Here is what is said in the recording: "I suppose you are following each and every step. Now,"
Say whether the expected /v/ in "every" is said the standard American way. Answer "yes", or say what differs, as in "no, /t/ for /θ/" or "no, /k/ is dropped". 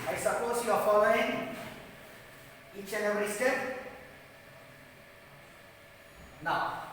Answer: no, /v/ is dropped